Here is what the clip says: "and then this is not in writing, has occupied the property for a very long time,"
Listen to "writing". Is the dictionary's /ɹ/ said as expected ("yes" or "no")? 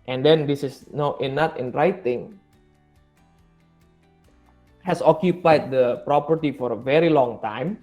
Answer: yes